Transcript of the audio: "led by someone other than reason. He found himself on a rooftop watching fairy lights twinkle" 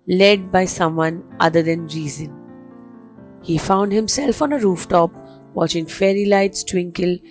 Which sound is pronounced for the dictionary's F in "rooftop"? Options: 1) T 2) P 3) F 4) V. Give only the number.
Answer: 3